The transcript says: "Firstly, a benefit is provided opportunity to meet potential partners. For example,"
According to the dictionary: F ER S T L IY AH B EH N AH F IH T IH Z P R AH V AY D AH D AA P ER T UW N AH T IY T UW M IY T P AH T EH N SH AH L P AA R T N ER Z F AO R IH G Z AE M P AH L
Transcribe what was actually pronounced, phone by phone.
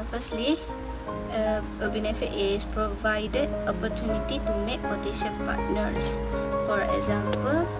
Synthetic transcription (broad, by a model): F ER S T L IY AH B EH N AH F IH T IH S P R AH V AY D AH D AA P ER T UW N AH T IY T UW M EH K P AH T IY SH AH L P AA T N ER S F AO R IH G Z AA M P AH L